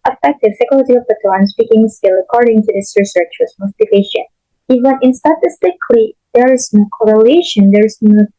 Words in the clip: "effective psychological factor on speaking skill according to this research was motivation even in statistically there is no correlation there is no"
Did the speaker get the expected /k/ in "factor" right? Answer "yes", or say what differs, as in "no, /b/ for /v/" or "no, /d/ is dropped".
no, /k/ is dropped